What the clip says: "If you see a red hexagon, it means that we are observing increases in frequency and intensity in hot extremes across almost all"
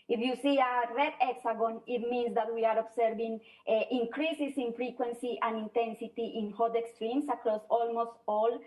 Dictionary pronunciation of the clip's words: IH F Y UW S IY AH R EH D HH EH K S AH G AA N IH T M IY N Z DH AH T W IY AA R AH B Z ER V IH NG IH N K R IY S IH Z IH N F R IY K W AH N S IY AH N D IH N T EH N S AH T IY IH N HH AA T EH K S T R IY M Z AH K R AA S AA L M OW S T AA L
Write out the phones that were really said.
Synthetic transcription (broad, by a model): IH F Y UW S IY AH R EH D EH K S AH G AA N IH T M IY N S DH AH T W IY AA R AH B S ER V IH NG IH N K R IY S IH S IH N F R IY K W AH N S IY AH N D IH N T EH N S AH T IY IH N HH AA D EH K S T R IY M S AH K R AA S AA L M OW S T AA L